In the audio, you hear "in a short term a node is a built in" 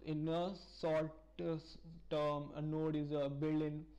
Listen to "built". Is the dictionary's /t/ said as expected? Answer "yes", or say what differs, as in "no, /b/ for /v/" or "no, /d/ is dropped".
no, /t/ is dropped